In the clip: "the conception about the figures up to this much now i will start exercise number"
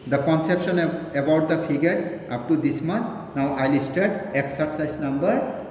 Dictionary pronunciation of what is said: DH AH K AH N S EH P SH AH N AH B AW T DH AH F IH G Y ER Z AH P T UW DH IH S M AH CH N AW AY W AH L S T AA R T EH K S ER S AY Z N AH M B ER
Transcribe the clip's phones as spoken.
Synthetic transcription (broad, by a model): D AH K AH N S EH P SH AH N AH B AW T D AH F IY G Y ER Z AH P T UW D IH S M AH S N AW AY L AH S T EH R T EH K S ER S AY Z N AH M B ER